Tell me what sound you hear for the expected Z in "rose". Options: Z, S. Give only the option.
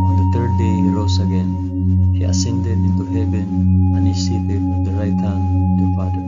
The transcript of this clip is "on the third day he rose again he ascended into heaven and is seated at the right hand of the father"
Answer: S